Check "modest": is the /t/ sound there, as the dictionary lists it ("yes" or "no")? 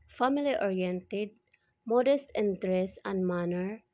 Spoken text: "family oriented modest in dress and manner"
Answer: yes